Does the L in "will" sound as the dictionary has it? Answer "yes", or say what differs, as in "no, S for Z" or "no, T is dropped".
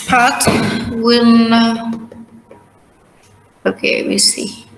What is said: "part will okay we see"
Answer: no, N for L